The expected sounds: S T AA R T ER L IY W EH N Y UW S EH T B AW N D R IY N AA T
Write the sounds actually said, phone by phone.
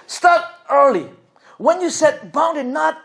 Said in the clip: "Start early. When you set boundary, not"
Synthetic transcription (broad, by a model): S T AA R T ER L IY W EH N Y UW S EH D B AW N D IY N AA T